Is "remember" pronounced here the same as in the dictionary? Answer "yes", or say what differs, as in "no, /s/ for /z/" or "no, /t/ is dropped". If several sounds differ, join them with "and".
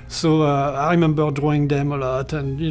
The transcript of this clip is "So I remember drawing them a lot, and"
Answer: yes